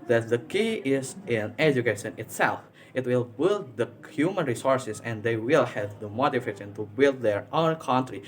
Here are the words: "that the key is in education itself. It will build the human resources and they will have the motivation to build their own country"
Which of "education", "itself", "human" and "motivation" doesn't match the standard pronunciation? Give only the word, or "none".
motivation